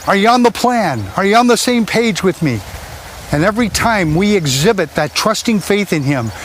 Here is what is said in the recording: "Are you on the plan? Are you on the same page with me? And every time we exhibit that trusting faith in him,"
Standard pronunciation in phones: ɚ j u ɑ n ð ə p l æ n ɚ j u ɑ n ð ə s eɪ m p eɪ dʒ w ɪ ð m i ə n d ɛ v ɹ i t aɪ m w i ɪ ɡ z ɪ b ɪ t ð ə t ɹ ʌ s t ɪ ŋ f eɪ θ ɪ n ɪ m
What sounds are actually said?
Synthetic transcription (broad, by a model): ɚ j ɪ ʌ n ð ə p l æ n ɚ j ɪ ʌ n ð ə s eɪ m p eɪ dʒ w ɪ ð m i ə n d ɛ v ɹ i t aɪ m w i ɪ ɡ z ɪ b ɪ t ð ə t ɹ ʌ s t ɪ ŋ f eɪ θ ɪ n ɪ m